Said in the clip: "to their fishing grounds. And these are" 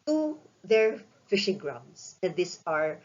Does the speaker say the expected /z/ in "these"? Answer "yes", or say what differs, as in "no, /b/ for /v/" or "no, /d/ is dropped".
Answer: no, /s/ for /z/